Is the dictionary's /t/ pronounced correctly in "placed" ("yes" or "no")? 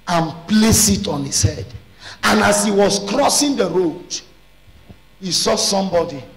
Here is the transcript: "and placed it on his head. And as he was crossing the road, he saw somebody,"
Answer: no